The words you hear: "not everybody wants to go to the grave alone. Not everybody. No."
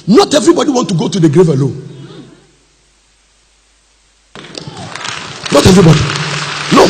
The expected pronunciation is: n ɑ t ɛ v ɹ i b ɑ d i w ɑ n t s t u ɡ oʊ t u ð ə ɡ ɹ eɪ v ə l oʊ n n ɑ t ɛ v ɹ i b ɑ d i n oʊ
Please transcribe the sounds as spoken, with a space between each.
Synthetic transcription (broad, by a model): n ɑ t ɛ v ɹ i b ɑ d i w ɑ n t t u ɡ oʊ t u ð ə ɡ ɹ eɪ v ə l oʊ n n ɑ t ɛ v ɹ i b ɑ d i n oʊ